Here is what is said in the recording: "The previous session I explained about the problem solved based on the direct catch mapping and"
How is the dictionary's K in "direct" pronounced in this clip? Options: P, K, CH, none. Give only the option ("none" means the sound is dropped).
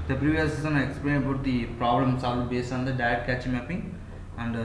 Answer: none